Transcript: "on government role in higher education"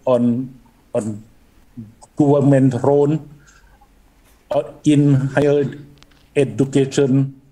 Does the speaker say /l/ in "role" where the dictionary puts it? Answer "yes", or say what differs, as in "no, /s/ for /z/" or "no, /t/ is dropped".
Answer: no, /n/ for /l/